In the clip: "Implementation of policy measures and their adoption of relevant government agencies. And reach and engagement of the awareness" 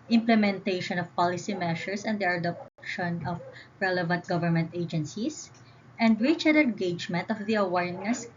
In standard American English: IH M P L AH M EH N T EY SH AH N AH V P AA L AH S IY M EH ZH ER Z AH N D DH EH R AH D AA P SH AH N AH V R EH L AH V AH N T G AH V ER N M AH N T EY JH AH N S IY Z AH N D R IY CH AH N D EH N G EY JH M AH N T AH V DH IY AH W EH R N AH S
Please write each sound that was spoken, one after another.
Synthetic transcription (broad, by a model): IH M P L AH M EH N T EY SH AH N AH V P AA L AH S IY M EH SH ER S AH N D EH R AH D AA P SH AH N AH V R EH L AH V AH N T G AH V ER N M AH N T EY JH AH N S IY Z AH N D R IY CH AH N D EH N G EY JH M AH N T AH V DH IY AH W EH R N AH S